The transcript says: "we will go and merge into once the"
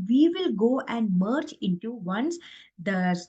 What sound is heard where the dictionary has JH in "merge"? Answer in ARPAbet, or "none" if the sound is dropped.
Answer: CH